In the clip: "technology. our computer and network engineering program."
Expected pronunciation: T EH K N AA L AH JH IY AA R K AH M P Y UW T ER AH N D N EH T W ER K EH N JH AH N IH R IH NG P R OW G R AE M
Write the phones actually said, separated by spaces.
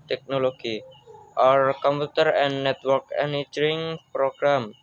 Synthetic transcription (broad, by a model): T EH K N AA L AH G IY AA R K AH M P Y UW T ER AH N N EH T W ER K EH N AH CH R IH NG P R OW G R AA M